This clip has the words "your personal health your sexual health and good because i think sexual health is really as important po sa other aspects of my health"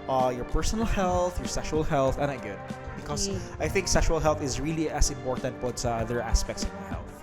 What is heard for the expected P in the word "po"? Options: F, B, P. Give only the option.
B